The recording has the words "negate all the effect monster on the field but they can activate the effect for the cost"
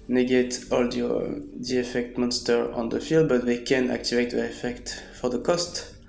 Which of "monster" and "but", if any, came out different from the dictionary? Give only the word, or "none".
none